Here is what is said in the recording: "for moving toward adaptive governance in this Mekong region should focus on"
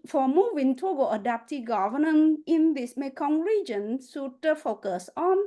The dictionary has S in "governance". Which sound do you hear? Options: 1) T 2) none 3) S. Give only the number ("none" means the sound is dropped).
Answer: 2